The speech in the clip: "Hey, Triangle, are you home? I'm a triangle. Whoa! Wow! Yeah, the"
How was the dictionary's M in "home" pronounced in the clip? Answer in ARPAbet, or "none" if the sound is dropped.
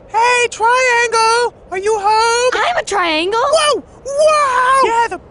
none